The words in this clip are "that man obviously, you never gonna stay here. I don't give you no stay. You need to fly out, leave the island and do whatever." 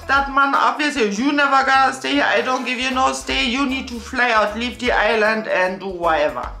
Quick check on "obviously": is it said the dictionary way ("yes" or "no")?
no